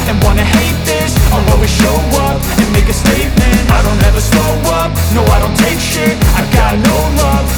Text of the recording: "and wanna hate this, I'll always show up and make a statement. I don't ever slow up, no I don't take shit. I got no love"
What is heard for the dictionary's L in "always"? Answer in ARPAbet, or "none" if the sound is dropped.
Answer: none